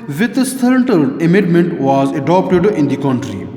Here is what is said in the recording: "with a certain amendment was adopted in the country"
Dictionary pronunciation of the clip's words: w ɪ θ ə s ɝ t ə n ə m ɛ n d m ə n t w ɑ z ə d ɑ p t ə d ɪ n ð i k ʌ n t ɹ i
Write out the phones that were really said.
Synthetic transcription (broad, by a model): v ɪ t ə s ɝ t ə l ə m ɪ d m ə n t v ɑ z ə d ɑ p t ə d ɪ n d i k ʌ n t ɹ i